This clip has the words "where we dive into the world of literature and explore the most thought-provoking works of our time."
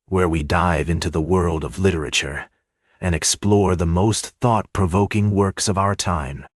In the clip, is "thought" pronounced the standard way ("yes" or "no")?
yes